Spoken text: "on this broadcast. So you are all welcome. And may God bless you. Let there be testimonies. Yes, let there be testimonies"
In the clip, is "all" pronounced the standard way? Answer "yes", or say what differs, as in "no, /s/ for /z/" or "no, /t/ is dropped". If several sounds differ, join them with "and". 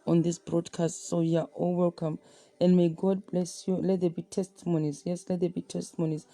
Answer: yes